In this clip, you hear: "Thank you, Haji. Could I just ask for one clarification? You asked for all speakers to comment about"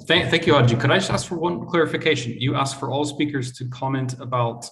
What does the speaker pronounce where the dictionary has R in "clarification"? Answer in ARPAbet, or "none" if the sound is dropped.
R